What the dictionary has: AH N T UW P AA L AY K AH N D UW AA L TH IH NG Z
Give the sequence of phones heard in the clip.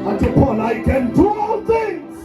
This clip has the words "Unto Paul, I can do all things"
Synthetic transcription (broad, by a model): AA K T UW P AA N AY K AH N D UW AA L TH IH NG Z